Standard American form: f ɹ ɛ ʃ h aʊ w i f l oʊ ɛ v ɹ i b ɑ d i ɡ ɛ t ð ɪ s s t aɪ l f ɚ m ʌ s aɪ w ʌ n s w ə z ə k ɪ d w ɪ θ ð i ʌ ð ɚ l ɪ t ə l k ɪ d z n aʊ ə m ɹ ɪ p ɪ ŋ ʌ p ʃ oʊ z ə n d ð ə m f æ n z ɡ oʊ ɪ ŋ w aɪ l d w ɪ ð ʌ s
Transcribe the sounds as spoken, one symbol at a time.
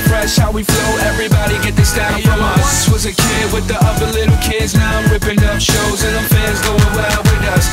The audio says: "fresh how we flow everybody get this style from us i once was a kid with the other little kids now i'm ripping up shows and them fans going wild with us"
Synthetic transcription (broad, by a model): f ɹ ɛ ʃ h aʊ w i f l oʊ ɛ v ɹ i b ɑ d i ɡ ɛ t ð ɪ s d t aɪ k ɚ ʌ aɪ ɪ s w ə z ə k ɪ d w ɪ ð i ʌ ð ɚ l ɪ t l k ɪ d z n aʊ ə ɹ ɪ p ɪ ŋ ʌ p ʃ oʊ z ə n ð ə f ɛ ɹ z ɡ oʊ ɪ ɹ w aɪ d w ɪ ð ʌ s